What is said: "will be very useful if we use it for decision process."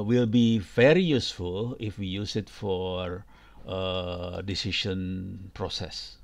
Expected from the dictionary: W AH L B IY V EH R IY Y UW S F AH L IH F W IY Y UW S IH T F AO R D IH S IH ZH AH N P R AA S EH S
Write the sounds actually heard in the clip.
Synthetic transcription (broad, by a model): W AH L B IY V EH R IY Y UW S F AH L IH F W IY Y UW S IH T F AO R D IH S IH SH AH N P R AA S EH S